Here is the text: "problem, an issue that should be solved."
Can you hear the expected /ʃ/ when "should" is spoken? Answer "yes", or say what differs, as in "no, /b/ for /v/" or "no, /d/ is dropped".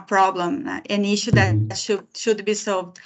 yes